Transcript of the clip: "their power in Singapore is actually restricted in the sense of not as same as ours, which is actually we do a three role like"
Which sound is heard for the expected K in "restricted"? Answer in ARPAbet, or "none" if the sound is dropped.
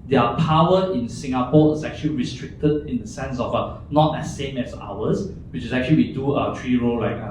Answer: K